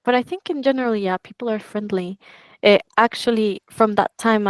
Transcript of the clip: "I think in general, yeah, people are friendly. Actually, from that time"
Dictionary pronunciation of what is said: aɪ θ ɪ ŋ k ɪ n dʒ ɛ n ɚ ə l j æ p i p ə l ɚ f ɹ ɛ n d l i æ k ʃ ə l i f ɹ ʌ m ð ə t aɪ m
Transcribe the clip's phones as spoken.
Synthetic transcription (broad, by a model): aɪ θ ɪ ŋ k ɪ n dʒ ɛ n ɚ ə l j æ p i p l ɚ f ɹ ɛ n d l i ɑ k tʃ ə l i f ɹ ʌ m ð ə t aɪ m